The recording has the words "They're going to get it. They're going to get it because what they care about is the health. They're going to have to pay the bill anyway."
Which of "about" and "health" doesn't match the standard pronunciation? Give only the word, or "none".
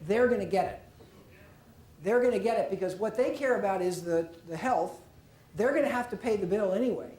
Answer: none